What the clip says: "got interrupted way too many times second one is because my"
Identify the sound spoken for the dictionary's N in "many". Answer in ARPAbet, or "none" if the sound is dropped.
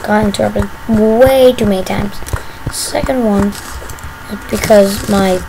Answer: none